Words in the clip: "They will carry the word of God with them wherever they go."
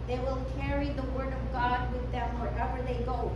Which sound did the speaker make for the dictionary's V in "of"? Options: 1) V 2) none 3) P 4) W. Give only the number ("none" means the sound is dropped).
1